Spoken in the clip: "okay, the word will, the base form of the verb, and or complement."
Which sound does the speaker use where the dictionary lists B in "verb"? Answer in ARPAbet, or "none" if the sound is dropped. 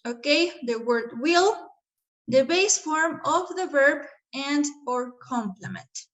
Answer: B